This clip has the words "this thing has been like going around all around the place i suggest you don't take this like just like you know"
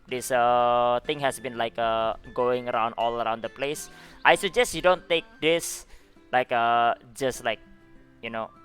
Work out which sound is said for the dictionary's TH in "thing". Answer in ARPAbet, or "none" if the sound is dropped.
T